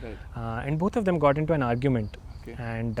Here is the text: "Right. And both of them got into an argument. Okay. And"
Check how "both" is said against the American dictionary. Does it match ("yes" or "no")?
no